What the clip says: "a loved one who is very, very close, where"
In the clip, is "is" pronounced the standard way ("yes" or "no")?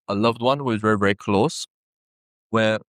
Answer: yes